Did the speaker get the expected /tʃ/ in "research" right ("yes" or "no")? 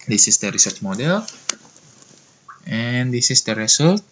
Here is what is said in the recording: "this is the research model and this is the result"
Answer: yes